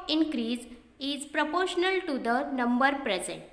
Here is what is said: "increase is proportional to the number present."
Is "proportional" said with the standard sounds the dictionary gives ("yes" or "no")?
yes